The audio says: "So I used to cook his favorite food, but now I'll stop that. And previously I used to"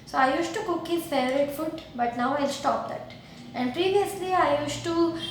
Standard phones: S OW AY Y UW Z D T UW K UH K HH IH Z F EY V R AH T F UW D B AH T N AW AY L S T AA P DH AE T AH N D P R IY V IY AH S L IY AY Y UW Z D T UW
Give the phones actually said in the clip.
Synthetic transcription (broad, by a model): S OW AY Y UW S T T UW K UH K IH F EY R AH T F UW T B AH T N AW AY L S T AA P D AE T AH N D P R IY V IY AH S L IY AY Y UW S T T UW